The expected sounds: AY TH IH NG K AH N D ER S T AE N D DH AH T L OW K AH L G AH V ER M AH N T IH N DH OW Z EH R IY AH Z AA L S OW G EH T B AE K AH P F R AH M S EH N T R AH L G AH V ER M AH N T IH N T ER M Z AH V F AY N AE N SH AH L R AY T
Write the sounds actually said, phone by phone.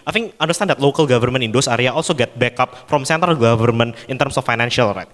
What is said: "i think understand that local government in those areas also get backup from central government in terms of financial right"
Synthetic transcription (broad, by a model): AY F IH NG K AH N D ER S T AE N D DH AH T L OW K AH L G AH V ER M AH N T IH N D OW S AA R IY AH AA L S OW G EH T B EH K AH P F R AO M S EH N T AH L G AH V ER M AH N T IH N T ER M S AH F AY N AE N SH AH L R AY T